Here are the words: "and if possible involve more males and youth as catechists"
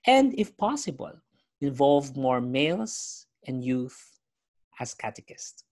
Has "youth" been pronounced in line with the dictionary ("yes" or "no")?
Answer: yes